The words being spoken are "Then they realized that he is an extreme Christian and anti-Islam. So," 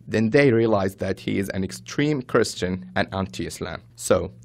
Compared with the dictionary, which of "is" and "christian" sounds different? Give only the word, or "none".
none